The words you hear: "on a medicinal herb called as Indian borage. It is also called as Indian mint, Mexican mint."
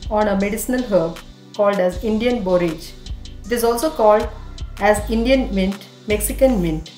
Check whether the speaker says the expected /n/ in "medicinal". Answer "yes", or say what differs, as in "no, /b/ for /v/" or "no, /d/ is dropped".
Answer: yes